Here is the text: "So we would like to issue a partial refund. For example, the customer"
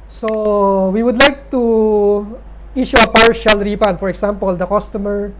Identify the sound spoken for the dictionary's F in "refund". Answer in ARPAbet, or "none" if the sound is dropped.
P